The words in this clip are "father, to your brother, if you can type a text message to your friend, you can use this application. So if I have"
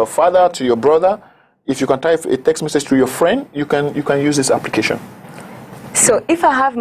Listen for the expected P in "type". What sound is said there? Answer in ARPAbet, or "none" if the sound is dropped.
none